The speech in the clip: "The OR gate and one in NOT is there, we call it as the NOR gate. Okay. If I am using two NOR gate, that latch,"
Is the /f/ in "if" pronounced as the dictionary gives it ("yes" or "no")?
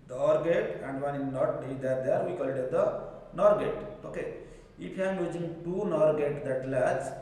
no